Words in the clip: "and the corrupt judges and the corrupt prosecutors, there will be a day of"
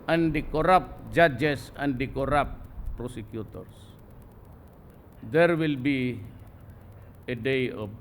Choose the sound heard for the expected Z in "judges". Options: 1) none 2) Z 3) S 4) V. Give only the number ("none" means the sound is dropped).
3